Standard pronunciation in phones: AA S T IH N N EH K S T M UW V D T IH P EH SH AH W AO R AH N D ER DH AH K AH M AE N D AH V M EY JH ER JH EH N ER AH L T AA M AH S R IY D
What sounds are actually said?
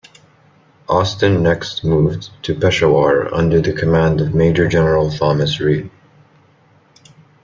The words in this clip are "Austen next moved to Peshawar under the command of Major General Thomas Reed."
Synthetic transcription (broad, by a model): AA S T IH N N EH K S T M UW V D T IH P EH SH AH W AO R AH N D ER DH AH K AH M AE N D AH V M EY JH ER JH EH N ER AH L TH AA M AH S R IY